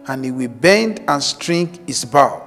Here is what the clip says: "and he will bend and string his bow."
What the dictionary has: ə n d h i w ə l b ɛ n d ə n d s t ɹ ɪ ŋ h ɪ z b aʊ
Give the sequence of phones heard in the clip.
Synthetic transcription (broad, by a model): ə n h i w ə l b ɛ n d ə n s t ɹ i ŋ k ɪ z b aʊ